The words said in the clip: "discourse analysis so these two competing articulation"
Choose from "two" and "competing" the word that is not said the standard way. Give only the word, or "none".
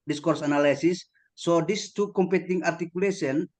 none